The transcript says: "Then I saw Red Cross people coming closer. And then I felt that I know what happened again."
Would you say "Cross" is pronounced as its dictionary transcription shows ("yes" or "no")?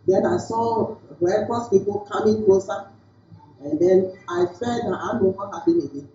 no